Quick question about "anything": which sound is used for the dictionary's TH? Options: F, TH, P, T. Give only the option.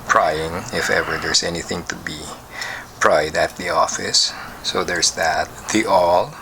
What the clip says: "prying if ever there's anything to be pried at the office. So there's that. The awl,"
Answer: TH